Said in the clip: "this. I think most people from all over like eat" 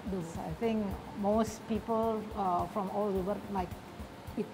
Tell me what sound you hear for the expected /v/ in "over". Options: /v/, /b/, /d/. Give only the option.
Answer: /b/